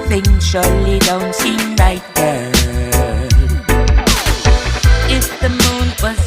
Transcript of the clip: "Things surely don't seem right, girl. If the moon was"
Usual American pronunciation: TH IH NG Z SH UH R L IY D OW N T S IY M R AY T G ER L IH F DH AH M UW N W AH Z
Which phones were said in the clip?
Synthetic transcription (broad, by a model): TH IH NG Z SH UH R L IY D OW N T S IY M L AY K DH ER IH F DH AH M UW N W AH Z